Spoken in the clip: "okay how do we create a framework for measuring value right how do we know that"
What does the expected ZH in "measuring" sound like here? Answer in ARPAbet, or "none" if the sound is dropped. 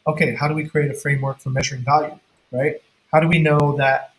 ZH